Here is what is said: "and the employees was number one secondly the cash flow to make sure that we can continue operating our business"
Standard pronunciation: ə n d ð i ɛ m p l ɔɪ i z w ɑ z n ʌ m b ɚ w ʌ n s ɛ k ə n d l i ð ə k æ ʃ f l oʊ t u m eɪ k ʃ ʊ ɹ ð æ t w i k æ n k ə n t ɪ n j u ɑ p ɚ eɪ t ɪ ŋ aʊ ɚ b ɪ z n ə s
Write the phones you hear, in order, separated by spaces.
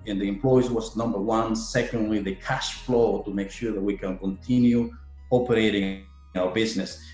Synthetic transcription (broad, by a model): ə n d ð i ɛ m p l ɔɪ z w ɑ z n ʌ m b ɚ w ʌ n s ɛ k ə n d l i ð ə k æ ʃ f l oʊ t u m eɪ k ʃ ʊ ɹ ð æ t w i k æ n k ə n t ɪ n j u ɑ p ɚ eɪ t ɪ ŋ aʊ ɚ b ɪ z n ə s